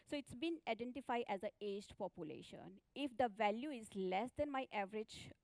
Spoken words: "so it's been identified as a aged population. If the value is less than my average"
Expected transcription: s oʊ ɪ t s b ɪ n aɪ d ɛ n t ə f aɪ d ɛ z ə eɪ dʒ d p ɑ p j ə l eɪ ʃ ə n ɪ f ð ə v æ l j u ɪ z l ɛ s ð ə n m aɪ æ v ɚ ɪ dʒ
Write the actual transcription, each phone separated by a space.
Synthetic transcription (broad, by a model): s oʊ ɪ t s b ɪ n aɪ d ɛ n t ə f aɪ d ɛ z ə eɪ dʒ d p ɑ p j ə l eɪ ʃ ə n ɪ f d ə v æ l j u ɪ z l ɛ s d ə n m aɪ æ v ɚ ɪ dʒ